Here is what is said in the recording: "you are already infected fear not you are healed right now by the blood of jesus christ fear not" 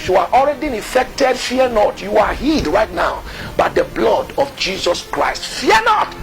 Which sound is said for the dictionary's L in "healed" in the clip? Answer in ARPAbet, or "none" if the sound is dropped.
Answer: none